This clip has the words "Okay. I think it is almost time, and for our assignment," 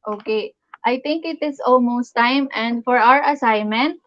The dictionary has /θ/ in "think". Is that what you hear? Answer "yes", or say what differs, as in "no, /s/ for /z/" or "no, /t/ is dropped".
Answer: no, /t/ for /θ/